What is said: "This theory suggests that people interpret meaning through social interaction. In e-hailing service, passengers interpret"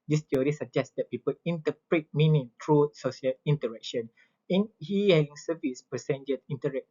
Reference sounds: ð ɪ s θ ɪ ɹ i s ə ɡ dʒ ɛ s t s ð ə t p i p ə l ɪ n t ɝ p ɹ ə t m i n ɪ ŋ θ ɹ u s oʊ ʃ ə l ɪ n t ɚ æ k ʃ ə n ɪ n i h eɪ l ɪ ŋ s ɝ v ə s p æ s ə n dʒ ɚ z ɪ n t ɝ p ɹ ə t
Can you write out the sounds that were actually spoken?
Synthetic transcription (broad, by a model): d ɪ s t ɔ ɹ i s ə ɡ dʒ ɛ s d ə t p i p ə l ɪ n t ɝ p ɹ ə t m i n ɪ ŋ t ɹ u s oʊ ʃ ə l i n t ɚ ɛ k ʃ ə n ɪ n i h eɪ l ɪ ŋ s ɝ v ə s p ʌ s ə n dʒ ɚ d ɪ n t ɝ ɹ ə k